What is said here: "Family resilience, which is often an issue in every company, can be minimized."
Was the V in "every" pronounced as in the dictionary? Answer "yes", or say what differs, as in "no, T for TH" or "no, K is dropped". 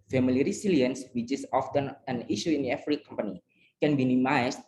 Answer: no, F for V